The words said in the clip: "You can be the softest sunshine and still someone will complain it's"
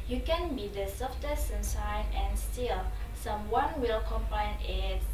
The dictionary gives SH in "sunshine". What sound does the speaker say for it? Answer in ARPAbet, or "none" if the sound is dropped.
S